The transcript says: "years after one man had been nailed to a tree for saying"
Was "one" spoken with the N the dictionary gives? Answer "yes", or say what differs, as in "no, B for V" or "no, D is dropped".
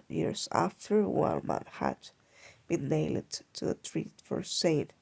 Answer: no, L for N